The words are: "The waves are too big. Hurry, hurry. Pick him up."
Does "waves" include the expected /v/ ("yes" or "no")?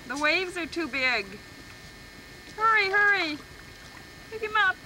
yes